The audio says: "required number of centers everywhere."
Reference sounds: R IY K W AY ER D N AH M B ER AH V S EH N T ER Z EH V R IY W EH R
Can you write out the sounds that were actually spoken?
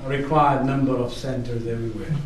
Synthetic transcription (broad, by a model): R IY K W AY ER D N AH M B ER AH V S EH N T ER Z EH V R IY W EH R